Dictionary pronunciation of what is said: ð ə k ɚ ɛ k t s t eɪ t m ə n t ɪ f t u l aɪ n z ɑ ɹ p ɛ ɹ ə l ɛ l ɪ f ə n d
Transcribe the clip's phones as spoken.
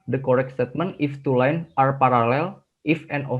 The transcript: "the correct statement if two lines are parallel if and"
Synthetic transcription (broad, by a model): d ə k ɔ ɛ k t s t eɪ t m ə n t ɪ f t u l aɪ n ɑ ɹ p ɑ ɹ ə l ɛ l ɪ f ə n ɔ